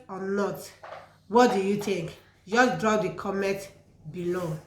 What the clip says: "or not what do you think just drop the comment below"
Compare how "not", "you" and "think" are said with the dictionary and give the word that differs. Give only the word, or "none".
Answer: think